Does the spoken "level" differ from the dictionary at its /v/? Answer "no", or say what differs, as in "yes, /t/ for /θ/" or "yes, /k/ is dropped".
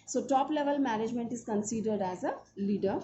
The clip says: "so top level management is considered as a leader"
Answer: no